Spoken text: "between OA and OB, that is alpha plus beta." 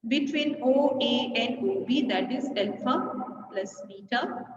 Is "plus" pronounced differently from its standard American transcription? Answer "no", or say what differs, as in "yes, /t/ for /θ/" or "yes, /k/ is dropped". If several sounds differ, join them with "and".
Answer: no